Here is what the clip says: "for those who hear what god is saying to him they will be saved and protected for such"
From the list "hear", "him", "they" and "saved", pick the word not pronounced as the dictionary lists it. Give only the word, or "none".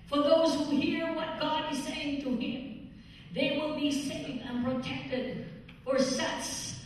saved